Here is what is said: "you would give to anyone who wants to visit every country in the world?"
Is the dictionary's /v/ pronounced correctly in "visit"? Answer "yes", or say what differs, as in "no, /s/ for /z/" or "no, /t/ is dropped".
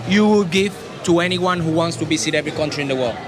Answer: no, /b/ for /v/